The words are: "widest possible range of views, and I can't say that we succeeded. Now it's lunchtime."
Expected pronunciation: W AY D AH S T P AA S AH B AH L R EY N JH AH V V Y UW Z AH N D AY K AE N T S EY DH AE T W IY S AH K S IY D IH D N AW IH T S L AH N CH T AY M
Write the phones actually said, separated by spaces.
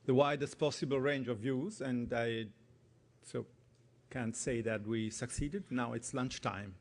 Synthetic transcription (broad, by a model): W AY D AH S T P AA S AH B AH L R EY N JH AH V V Y UW Z AH N D AY K AE N T S EY DH AE T W IY S AH K S IY D IH D N AW IH T S L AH N CH T AY M